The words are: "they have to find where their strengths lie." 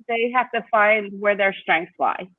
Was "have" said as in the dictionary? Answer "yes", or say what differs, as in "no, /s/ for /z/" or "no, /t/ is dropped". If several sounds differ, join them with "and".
no, /f/ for /v/